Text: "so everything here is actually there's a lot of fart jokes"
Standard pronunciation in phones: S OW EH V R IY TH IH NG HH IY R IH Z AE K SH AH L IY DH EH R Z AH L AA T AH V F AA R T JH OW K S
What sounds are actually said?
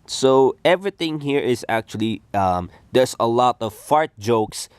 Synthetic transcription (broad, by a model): S OW EH V R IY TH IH NG HH IY R IH Z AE K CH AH L IY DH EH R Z AH L AA T AH V F AA R T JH OW K S